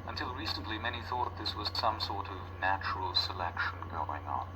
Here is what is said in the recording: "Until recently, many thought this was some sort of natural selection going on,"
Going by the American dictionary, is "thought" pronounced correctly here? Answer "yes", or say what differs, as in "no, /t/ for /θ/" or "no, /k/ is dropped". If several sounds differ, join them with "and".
yes